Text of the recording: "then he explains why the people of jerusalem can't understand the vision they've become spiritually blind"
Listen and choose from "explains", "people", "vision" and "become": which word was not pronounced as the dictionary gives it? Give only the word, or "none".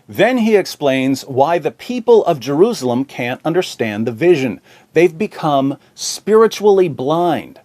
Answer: none